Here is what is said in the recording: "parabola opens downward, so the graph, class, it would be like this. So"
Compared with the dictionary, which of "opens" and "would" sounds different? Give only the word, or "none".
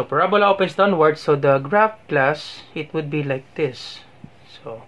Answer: opens